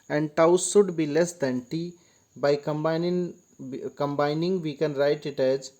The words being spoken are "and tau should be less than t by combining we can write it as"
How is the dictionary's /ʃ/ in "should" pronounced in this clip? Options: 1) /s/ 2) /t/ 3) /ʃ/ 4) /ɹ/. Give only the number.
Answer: 1